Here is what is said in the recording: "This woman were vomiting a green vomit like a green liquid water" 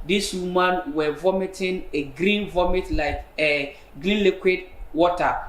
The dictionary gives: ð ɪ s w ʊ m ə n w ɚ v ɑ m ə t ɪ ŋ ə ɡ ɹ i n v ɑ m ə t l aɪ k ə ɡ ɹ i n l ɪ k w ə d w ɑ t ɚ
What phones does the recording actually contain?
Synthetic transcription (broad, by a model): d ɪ s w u m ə n w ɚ v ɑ m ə t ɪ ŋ ə ɡ ɹ i n v ɑ m ə t l aɪ k ə ɡ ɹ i n l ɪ k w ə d w ɑ t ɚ